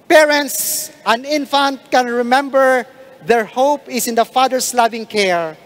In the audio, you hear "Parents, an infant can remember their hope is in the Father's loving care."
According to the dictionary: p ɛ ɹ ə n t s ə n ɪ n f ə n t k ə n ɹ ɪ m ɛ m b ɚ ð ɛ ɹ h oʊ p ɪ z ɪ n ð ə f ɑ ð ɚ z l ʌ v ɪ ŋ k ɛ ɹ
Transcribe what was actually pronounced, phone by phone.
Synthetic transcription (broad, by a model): p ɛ ɹ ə n t s ə n ɪ n f ə n t k ə n ɹ ɪ m ɛ m b ɚ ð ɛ ɹ h oʊ p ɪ s ɪ n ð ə f ɑ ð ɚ s l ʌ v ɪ ŋ k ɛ ɹ